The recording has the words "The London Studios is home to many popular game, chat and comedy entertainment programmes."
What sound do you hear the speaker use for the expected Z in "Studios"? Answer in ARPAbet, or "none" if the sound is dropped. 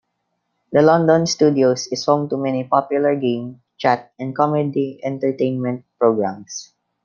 S